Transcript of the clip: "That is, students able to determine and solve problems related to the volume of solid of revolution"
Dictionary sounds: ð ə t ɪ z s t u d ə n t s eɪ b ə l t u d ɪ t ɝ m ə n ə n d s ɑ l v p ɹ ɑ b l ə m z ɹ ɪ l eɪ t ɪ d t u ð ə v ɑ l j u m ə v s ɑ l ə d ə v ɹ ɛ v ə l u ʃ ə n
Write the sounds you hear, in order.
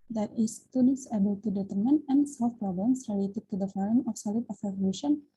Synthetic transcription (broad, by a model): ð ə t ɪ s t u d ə n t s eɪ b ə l t u d ɪ t ɝ m ə n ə n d s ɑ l f p ɹ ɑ b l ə m s ɹ ɪ l eɪ t ɪ d t u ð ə f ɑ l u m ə f s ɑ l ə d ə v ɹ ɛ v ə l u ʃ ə n